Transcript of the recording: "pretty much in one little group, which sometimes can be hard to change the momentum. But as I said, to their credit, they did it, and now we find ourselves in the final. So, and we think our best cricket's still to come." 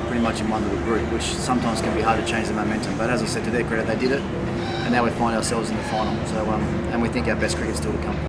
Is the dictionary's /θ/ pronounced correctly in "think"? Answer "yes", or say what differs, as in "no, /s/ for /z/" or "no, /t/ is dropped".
yes